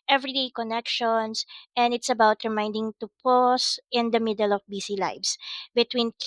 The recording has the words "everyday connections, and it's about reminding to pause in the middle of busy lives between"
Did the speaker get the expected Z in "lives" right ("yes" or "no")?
no